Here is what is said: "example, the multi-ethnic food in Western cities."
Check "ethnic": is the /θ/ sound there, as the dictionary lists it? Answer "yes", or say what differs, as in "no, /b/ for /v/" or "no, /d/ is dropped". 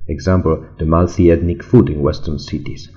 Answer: no, /t/ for /θ/